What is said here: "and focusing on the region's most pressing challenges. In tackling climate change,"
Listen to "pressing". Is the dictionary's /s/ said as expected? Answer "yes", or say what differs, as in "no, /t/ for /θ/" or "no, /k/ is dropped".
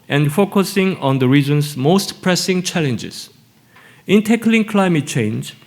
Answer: yes